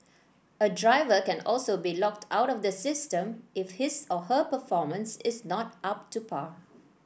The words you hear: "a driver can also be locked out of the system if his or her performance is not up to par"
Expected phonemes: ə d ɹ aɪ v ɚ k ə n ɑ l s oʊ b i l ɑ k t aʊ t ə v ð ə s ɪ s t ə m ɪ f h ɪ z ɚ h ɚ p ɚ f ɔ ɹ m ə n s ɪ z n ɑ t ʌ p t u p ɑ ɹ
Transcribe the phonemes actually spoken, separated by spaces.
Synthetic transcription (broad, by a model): ə d ɹ aɪ v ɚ k ə n ɑ l s oʊ b i l ɑ k t aʊ t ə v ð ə s ɪ s t ə m ɪ f h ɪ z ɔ h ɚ p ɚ f ɔ m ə n s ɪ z n ɑ t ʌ p t u p ɑ